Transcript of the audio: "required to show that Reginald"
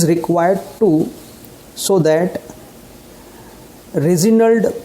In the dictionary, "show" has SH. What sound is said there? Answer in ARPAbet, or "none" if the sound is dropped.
S